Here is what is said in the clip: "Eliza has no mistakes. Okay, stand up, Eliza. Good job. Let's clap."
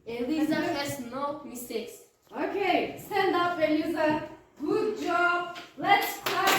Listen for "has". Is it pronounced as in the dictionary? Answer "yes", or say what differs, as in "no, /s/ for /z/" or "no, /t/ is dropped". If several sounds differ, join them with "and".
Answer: no, /s/ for /z/